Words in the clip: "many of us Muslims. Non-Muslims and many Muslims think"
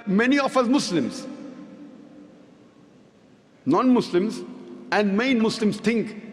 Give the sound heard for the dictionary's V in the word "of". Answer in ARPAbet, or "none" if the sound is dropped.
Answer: F